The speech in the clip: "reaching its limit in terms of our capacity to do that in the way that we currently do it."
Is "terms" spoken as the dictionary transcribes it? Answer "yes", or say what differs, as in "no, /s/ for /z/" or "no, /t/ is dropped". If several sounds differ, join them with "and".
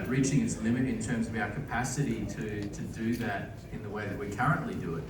yes